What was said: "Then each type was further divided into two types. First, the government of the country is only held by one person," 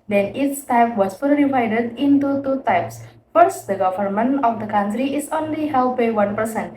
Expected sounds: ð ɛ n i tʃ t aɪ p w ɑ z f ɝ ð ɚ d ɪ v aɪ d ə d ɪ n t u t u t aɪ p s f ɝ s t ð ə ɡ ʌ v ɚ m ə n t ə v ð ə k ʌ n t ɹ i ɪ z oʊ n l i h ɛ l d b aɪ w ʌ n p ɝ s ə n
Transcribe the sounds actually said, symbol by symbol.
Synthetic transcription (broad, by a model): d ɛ n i s t aɪ p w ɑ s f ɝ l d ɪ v aɪ d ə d ɪ n t u t u t aɪ p s f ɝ s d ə ɡ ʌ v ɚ m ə n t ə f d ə k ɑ n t ɹ i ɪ s oʊ n l i h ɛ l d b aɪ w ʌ n p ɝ s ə n